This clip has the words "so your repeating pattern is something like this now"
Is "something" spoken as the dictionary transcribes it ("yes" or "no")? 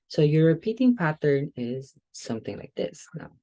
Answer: yes